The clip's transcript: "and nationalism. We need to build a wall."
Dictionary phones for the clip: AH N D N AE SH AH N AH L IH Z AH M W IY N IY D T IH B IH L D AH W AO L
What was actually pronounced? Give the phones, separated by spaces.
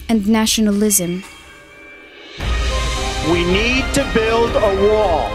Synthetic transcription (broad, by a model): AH N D N AE SH AH N AH L IH Z AH M W IY N IY D T IH B IH L D AH W AO